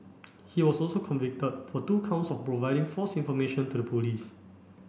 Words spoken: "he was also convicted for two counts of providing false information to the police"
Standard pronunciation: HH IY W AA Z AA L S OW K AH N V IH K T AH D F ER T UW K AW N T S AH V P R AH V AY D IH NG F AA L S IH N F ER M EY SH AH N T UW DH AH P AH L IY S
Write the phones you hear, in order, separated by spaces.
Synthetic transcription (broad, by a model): HH IY W AA S AA L S OW K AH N V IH K T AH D F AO T UW K AW N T S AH F P R AH V AY D IH NG F AA S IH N F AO M EY SH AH N T UW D AH P AH L IY S